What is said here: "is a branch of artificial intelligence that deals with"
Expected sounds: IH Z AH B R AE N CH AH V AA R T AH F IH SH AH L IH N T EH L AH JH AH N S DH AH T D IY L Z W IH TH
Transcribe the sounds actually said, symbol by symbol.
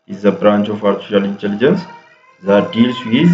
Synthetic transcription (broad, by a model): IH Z AH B R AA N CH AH F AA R S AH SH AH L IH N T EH L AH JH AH N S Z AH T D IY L S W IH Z